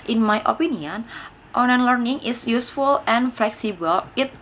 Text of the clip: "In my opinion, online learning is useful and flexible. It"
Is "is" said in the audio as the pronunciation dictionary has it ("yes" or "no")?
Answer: no